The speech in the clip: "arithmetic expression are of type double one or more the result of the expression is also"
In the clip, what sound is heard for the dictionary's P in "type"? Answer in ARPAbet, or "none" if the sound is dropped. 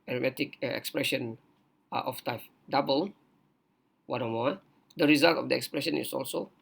F